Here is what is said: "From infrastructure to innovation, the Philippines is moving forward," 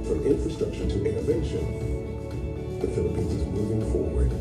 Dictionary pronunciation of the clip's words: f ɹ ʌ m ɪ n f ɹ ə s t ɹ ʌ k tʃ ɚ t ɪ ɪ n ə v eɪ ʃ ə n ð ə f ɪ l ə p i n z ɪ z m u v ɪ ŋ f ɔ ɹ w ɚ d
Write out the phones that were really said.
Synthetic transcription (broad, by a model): f ɹ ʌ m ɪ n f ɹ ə s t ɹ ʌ k ʃ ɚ t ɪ ɪ n ə v eɪ ʃ ə n ð ə f ɪ l ə p i n z ɪ z m u v ɪ ŋ f ɔ ɹ w ɚ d